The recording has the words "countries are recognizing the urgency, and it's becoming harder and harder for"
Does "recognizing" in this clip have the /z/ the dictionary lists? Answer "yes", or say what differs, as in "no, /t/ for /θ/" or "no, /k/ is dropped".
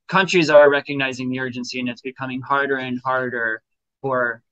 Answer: yes